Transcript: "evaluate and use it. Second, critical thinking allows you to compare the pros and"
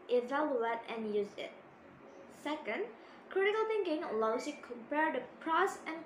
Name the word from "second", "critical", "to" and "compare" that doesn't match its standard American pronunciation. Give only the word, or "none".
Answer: to